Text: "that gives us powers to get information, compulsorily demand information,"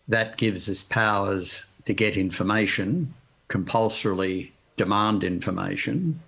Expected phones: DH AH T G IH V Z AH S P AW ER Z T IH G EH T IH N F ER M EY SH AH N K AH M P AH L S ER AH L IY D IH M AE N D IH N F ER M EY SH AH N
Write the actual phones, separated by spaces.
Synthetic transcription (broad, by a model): DH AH T G IH V Z AH S P AW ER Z T IH G EH T IH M F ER M EY SH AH N K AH M P AH L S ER L IY D IH M AE N D IH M F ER M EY SH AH N